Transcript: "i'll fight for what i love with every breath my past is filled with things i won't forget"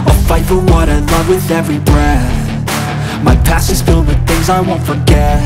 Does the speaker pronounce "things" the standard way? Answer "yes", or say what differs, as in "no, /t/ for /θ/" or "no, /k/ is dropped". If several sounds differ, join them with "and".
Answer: yes